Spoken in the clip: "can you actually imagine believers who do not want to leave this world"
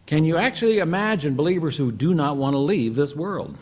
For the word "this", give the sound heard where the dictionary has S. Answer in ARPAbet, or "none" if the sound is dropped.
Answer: S